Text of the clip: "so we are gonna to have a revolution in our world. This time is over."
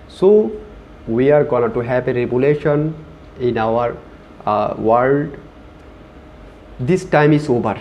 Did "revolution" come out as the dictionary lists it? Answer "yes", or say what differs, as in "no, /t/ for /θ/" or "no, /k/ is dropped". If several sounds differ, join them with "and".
no, /b/ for /v/